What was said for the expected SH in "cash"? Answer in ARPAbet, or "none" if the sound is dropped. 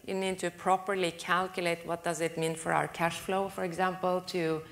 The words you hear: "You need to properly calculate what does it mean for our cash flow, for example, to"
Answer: SH